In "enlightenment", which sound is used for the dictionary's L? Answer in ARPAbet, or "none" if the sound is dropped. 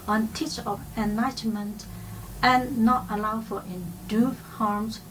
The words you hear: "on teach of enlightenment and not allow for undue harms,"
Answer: none